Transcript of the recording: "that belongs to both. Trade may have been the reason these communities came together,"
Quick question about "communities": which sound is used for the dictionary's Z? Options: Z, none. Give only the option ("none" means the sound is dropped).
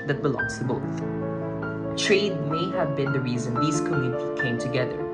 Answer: none